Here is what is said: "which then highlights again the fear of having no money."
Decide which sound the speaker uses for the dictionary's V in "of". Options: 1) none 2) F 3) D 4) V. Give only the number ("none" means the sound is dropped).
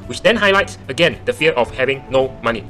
2